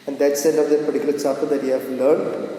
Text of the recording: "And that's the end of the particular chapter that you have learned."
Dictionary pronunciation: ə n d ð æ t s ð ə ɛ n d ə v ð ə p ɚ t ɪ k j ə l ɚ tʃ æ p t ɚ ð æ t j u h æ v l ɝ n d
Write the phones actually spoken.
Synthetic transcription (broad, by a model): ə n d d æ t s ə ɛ n ə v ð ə p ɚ t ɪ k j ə l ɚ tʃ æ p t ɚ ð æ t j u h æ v l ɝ n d